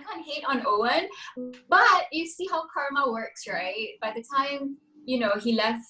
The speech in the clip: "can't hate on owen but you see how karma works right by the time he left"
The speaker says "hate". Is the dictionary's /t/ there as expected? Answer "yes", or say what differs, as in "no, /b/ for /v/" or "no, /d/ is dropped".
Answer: yes